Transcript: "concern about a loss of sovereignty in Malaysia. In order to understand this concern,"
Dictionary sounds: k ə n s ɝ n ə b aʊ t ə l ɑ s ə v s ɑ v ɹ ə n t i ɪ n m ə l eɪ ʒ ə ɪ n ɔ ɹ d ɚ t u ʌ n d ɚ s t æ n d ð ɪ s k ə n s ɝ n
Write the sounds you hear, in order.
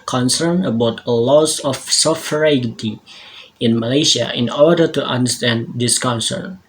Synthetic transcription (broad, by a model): k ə n s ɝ n ə b aʊ t ə l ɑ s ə f s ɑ f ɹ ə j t i ɪ n m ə l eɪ ʃ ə ɪ n ɔ ɹ d ɚ t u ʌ n d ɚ s t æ n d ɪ s k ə n s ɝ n